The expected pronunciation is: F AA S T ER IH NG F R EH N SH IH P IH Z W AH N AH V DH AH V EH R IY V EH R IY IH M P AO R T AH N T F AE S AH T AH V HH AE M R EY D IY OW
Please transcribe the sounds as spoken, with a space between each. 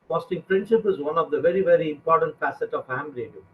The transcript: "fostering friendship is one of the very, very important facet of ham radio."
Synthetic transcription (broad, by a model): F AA S T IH NG P R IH N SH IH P IH Z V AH N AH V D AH V EH R IY V EH R IY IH M P AO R T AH N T F AE S AH T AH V HH AE M R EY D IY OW